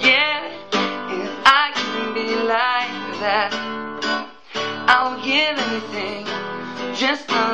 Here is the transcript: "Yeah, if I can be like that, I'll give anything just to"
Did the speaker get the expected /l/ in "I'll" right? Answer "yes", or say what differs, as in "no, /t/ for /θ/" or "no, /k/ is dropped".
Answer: no, /n/ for /l/